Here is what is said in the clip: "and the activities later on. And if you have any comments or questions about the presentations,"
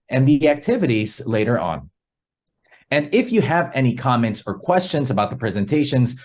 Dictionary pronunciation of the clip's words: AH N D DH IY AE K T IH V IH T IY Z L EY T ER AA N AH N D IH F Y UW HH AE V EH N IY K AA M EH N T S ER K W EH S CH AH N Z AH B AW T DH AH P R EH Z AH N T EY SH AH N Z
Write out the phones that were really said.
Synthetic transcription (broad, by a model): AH N DH IY AE K T IH V IH T IY Z L EY T ER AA N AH N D IH F Y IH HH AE V EH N IY K AA M EH N T S ER K W EH S CH AH N Z AH B AW T DH AH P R EH Z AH N T EY SH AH N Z